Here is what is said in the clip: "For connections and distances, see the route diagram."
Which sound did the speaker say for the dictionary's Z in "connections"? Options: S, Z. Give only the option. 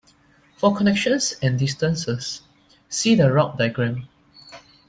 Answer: S